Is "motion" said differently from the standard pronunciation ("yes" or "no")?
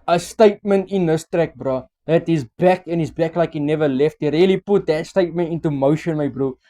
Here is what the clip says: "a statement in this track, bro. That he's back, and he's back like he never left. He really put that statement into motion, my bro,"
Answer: no